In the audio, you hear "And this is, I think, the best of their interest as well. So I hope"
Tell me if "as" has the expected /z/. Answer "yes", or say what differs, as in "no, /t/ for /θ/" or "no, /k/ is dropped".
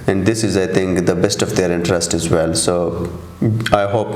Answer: yes